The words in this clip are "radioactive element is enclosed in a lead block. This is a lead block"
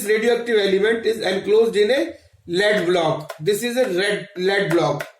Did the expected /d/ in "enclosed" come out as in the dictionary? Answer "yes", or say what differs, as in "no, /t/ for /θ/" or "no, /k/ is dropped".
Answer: yes